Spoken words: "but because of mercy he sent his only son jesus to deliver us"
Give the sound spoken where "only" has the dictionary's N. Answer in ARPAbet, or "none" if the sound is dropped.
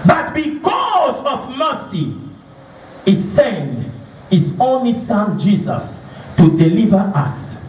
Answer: N